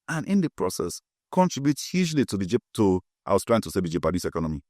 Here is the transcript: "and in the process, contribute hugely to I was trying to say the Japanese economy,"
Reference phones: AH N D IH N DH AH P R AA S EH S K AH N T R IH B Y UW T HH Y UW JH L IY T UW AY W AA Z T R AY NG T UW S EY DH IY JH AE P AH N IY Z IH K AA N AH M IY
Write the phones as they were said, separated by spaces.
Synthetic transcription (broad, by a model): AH N IH N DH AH P R AA S EH S K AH N T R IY B Y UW T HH Y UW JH L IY T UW AY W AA S T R AY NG T UW S EY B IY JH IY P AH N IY S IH K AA N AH M IY